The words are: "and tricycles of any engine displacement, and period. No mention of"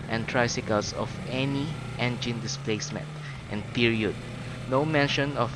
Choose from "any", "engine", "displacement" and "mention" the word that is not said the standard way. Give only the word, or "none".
none